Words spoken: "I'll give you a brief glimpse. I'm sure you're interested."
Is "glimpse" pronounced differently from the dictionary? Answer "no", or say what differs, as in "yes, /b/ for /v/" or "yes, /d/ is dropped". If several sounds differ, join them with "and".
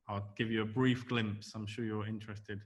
no